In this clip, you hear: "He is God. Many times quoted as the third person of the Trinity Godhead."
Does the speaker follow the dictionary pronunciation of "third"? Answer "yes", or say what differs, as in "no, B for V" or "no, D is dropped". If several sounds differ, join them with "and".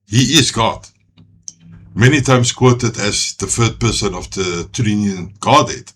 no, F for TH